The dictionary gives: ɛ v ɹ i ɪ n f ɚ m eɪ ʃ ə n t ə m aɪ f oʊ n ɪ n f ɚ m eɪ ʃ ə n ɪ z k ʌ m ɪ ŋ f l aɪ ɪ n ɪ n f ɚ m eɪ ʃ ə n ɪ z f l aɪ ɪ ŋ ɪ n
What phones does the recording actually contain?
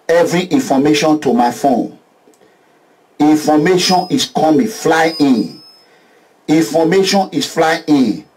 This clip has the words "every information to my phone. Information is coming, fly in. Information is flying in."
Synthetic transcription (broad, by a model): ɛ v ɹ i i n f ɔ m eɪ ʃ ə n t ə m aɪ f oʊ n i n f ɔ m eɪ ʃ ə n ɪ s k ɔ m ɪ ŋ f l aɪ ɪ n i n f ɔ m eɪ ʃ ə n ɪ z f l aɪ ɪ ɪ n